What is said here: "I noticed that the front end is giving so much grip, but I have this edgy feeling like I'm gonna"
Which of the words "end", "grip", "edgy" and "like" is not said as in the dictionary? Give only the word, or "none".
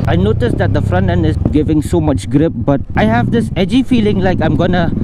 end